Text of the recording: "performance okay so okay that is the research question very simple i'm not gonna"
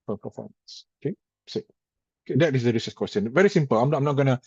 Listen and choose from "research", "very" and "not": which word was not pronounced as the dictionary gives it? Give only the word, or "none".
research